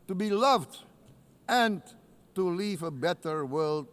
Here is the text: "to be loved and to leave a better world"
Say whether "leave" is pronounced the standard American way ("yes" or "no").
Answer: yes